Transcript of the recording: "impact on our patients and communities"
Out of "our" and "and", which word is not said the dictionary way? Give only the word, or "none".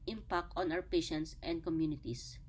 our